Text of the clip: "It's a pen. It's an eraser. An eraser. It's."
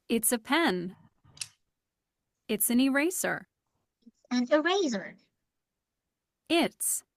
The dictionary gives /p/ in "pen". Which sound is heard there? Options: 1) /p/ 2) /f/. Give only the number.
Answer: 1